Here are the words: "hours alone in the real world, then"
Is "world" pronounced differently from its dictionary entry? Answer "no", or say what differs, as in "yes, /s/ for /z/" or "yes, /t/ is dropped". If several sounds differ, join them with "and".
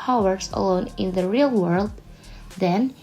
no